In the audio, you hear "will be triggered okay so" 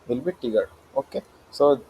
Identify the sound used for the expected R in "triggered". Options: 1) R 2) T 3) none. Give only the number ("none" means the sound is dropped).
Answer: 3